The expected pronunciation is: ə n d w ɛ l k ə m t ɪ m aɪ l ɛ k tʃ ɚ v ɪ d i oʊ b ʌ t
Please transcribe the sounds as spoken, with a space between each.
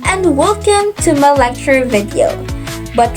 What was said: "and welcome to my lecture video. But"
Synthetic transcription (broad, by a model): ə n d w ɛ l k ə m t ɪ m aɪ l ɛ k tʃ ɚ v ɪ d i oʊ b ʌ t